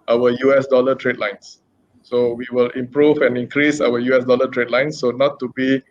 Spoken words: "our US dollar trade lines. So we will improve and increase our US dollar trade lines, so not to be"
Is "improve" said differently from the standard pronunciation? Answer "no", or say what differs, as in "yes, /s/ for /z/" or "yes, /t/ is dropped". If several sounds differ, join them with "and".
no